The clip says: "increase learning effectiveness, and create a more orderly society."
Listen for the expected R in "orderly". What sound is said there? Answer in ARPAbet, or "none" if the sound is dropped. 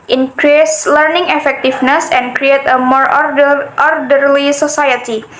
R